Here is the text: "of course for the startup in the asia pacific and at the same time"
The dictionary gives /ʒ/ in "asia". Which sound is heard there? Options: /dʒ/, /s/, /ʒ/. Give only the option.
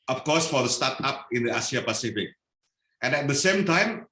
/s/